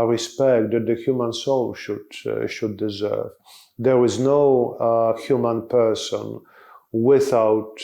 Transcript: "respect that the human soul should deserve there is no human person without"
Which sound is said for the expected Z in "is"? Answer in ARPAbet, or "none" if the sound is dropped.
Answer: Z